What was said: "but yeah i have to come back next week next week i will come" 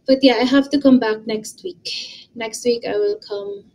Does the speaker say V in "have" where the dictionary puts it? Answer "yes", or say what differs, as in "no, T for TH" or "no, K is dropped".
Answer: no, F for V